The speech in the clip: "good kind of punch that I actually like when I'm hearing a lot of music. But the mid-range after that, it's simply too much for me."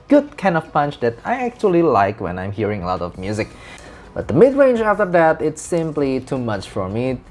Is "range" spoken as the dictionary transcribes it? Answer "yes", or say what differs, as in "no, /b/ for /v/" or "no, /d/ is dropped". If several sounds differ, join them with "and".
yes